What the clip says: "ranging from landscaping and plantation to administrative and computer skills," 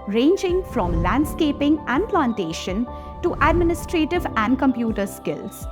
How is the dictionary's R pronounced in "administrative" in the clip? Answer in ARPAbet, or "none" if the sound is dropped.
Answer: R